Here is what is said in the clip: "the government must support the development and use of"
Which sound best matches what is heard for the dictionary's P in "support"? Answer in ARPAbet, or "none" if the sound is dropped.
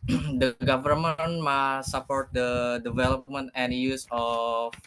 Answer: P